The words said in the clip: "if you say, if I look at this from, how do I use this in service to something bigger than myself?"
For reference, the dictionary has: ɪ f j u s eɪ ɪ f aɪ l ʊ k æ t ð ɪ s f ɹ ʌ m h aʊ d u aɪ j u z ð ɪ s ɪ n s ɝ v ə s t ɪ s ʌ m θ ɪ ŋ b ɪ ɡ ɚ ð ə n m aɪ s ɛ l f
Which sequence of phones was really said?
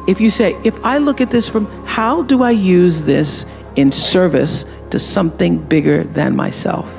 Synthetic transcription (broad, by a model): ɪ f j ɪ s eɪ ɪ f aɪ l ʊ k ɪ t ð ɪ s f ɹ ʌ m h aʊ d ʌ aɪ j u z ð ɪ s ɪ n s ɝ v ə s t ɪ s ʌ m θ ɪ ŋ b ɪ ɡ ɚ ð ə n m aɪ s ɛ l f